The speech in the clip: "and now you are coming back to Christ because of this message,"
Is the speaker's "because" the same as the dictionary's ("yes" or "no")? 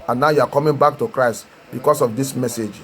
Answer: no